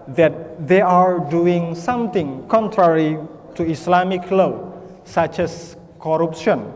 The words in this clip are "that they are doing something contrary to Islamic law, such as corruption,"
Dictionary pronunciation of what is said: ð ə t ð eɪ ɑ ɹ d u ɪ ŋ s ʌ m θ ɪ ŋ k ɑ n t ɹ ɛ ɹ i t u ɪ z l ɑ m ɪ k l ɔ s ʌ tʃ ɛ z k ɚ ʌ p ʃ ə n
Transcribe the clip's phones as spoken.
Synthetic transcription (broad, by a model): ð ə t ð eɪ ɑ ɹ d u ɪ ŋ s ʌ m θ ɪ ŋ k ɑ n t ɹ ɛ ɹ i t u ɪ s l ɑ m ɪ k l ɔ s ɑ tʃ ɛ s k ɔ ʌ p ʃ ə n